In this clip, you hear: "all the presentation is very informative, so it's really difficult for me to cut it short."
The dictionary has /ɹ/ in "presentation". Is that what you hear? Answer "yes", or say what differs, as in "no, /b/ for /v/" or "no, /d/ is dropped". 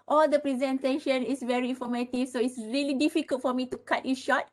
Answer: yes